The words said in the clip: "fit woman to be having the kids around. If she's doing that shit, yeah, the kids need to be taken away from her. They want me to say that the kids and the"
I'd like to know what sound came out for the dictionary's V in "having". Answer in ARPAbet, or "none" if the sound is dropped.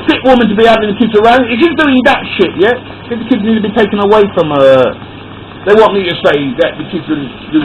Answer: none